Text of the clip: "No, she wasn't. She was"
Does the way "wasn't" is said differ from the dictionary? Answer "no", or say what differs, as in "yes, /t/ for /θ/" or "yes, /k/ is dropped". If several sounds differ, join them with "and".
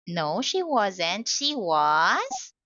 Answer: no